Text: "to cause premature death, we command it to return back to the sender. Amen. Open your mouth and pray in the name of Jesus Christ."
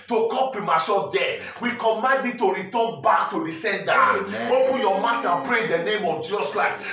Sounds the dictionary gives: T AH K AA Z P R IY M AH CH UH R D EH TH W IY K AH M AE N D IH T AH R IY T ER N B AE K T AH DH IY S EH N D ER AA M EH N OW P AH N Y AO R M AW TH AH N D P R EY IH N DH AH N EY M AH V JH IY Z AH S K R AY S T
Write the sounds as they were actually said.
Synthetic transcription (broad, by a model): T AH K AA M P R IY M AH S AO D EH W IY K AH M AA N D IH T AH R IY T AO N B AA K T AH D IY S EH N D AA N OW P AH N Y AO M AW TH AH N P R EY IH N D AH N EY M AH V JH IY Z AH S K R AY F